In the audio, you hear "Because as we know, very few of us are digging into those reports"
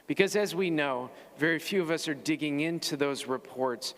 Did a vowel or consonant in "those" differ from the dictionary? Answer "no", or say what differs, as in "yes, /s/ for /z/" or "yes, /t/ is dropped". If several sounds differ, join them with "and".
no